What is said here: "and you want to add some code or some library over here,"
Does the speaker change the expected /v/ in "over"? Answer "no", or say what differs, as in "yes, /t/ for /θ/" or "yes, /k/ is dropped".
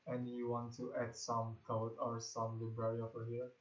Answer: yes, /f/ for /v/